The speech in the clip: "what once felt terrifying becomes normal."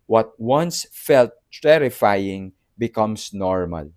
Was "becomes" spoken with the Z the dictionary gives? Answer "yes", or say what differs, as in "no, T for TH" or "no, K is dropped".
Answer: no, S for Z